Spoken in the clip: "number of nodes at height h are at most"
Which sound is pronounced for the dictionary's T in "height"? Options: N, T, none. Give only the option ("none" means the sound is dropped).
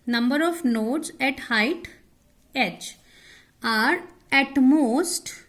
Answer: T